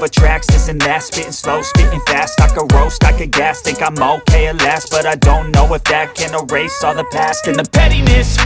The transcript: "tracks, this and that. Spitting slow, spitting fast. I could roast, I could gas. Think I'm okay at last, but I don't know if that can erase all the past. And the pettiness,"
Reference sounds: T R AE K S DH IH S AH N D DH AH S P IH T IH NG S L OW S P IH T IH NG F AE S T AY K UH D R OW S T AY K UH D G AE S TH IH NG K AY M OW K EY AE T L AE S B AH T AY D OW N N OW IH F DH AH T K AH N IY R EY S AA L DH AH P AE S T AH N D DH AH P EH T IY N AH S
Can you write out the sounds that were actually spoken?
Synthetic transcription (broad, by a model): T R AE K S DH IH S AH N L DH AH S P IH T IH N S L OW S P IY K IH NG F AE S T AY K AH R OW S T AY K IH G AE S T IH K AY M OW K EY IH L AE S B AH T AY D OW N N OW IH F DH AH T K AH N IY R EY S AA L DH AH P AE S T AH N DH AH P EH T IY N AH S